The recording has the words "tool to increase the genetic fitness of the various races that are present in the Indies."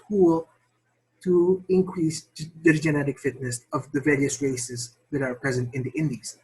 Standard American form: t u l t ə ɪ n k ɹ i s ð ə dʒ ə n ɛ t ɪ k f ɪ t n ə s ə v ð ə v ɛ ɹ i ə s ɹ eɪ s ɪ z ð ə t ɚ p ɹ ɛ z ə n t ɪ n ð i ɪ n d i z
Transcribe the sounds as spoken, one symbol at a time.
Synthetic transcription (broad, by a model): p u l t ə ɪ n k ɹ i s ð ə dʒ ə n ɛ t ɪ k f ɪ t n ə s ə v ð ə v ɛ ɹ i ə s ɹ eɪ s ɪ z ð ə t ɚ p ɹ ɛ z ə n t ɪ n ð i ɪ n d i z